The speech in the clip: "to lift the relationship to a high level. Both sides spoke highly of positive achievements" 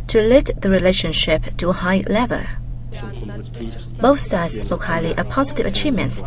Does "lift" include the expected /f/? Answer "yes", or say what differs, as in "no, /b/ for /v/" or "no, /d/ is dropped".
no, /f/ is dropped